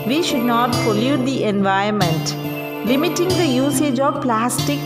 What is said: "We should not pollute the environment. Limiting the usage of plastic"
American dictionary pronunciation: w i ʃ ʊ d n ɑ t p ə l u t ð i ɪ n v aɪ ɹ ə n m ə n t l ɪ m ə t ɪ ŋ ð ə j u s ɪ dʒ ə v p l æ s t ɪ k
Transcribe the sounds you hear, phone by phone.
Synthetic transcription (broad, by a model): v i ʃ ʊ d n ɑ t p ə l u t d i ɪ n v aɪ ə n m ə n t l ɪ m ə t ɪ ŋ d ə j u s ɪ dʒ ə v p l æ s t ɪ k